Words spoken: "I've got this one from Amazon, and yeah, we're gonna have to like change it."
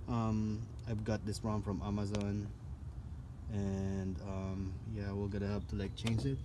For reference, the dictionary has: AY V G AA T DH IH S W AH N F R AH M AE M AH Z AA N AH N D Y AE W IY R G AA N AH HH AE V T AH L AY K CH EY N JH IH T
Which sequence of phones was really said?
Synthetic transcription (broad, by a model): AY V G AA T DH IH S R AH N F R AH M AE M AH Z AA N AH N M Y AE W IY L G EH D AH HH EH P T AH L AY K CH EY N JH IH T